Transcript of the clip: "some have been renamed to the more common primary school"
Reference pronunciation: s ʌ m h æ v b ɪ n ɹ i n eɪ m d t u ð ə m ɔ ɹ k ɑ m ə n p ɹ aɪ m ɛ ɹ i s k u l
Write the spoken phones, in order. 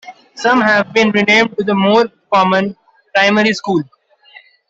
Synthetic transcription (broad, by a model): s ʌ m h æ v b ɪ n ɹ i n eɪ m d t u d ə m ɔ ɹ k ɑ m ə n p ɹ aɪ m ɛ ɹ i s k u l